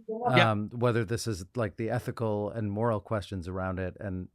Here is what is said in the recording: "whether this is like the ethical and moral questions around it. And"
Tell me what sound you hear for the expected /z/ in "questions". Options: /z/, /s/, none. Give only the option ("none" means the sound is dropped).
/z/